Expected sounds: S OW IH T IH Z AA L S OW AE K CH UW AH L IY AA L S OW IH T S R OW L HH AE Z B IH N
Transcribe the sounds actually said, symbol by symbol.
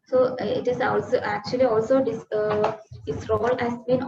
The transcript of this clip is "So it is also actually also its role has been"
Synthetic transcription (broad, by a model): S OW IH T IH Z AA L S OW AE K CH UW AH L IY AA L S OW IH S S R OW L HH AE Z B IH N